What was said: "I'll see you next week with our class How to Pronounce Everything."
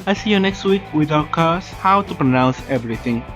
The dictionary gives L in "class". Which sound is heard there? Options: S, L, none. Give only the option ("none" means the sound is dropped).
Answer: none